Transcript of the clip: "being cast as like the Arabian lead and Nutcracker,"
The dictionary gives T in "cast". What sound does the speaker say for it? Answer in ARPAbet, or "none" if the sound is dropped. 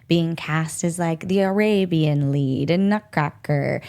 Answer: T